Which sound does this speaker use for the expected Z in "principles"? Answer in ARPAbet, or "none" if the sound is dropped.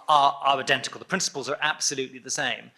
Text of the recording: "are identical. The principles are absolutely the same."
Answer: Z